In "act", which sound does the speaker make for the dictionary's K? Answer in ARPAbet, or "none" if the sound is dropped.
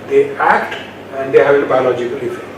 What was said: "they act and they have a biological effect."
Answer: K